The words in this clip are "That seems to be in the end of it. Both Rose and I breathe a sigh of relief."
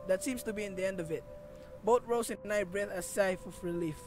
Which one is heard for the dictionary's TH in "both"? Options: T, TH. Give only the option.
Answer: T